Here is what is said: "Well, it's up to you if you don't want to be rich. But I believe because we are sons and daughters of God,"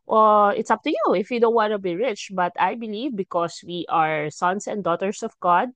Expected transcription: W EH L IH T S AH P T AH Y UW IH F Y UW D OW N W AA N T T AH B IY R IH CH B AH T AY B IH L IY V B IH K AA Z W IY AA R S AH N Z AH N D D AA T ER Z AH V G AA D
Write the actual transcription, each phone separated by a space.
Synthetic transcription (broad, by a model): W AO IH T S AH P T AH Y UW IH F Y UW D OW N W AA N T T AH B IY R IH CH B AH T AY B IH L IY V B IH K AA S W IY AA R S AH N S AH N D D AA T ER S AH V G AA D